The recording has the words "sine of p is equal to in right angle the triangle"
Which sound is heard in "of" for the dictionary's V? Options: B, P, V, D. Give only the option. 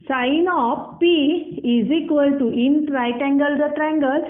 P